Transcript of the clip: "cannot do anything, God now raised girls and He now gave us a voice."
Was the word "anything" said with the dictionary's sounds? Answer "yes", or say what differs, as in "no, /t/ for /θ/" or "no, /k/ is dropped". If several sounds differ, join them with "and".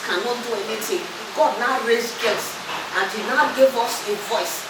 no, /t/ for /θ/